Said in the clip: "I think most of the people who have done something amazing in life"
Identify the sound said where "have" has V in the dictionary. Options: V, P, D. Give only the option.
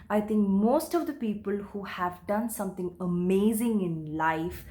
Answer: V